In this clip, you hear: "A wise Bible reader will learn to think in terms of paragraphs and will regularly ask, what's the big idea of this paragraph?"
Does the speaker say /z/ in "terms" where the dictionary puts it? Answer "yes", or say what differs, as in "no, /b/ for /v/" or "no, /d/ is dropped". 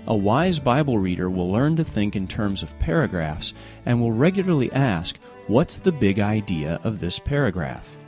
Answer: yes